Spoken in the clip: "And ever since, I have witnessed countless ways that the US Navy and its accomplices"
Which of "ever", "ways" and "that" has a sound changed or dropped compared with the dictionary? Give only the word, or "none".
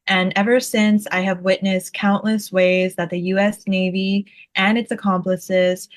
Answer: none